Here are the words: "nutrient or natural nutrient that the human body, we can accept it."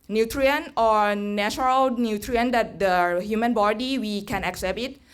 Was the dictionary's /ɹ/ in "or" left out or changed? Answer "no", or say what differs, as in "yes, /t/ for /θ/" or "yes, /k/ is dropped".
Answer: no